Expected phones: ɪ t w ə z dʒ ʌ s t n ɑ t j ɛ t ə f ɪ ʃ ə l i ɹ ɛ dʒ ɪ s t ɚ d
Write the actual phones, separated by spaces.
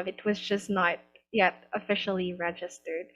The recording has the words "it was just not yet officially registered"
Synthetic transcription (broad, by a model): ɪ t w ə z dʒ ʌ s n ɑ t j ɛ t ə f ɪ ʃ l i ɹ ɛ dʒ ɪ s t ɚ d